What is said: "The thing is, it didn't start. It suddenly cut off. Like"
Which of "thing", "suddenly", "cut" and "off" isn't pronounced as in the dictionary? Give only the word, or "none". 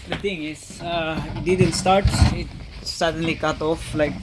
thing